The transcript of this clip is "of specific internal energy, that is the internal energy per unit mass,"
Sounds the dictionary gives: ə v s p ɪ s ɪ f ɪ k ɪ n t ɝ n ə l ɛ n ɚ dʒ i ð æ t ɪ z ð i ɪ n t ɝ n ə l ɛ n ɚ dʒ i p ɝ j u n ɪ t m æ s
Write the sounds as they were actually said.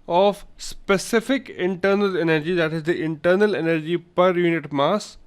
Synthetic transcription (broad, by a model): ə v s p ɪ s ɪ f ɪ k ɪ n t ɝ n ə l ɛ n ɚ dʒ i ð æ t ɪ z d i ɪ n t ɝ n ə l ɛ n ɚ dʒ i p ɝ j u n ɪ t m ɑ s